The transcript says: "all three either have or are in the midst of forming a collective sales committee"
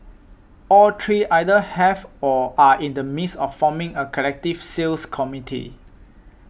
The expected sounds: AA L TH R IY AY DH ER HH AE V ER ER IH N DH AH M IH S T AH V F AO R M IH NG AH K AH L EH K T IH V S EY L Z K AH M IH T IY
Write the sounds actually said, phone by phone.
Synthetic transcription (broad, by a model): AA L T R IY AY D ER HH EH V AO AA IH N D AH M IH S AH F AO M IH NG AH K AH L EH K T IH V S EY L S K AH M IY T IY